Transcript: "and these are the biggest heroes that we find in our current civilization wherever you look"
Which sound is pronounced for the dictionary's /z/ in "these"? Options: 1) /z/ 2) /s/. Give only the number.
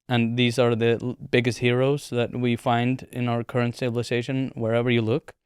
1